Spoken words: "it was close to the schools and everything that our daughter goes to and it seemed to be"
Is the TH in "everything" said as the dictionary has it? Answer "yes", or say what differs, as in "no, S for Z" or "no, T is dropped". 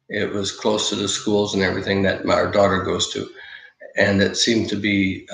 yes